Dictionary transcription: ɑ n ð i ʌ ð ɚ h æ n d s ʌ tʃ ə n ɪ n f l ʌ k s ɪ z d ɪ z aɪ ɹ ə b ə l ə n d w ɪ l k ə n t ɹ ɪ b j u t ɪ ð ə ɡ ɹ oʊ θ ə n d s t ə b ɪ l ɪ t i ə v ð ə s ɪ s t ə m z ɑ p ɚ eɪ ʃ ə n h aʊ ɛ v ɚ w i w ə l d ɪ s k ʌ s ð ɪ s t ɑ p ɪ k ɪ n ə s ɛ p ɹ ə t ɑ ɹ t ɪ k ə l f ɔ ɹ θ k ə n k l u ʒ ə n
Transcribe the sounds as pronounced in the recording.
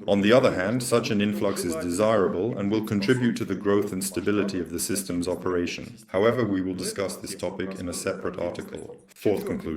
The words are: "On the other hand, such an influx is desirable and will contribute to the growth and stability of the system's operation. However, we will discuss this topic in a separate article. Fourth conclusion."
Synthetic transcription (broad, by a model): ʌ n ð i ʌ ð ɚ h æ n d s ʌ tʃ ə n ɪ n f l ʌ k s ɪ z d ɪ z aɪ ɹ ə b ə l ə n w ɪ l k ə n t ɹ ɪ b j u t ɪ ð ə ɡ ɹ oʊ θ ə n s t ə b ɪ l ɪ t i ə v ð ə s ɪ s t ə m z ɑ p ɚ eɪ ʃ ə n h aʊ ɛ v ɚ w i w ə l d ɪ s k ʌ s ð ɪ s t ɑ p ɪ k ɪ n ə s ɛ p ɹ ə t ɑ ɹ t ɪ k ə l f ɔ ɹ θ k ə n k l u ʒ